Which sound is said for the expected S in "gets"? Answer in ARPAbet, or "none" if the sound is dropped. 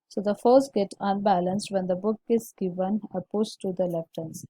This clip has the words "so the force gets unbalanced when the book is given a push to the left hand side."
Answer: none